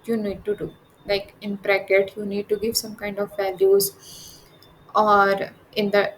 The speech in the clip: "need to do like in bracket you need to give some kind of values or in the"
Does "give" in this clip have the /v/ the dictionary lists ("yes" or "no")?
yes